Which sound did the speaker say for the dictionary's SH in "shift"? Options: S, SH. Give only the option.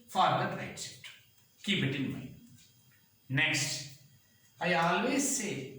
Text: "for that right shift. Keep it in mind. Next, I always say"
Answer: S